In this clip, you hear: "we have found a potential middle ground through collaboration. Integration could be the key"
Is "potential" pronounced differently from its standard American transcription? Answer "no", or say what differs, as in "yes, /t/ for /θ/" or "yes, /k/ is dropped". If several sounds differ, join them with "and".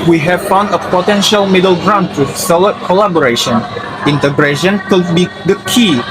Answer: no